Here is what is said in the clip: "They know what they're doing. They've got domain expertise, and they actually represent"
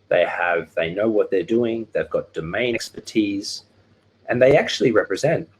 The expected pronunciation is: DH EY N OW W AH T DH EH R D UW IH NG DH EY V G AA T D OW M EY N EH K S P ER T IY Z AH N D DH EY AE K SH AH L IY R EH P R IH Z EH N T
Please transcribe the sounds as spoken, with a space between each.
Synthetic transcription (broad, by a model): DH EY N OW W AH T DH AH R D UW IH NG DH EY V G AA T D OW M EY IH K S P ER T IY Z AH N DH EY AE K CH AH L IY R EH P R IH Z EH N T